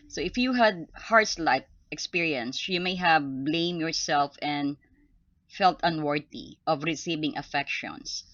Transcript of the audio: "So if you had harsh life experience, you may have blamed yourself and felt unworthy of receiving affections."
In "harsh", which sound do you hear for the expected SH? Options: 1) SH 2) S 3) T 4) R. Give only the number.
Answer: 2